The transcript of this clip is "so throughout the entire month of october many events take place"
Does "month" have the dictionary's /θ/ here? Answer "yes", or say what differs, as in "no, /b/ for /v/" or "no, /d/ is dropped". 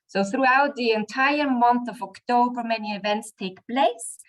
yes